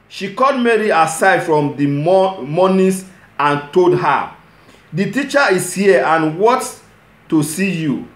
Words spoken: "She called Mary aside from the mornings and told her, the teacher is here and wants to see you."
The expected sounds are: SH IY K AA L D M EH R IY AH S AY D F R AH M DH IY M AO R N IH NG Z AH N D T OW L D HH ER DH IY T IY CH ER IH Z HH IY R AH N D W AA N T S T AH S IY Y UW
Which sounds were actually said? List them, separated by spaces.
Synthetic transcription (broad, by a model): SH IY K AA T M EH R IY AH S AY D F R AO M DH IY M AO N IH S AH N T OW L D HH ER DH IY T IY CH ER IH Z HH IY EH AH N W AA T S T AH S IY Y UW